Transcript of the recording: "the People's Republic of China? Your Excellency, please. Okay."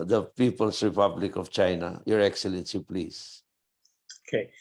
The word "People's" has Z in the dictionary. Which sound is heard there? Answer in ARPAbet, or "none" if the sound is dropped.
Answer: S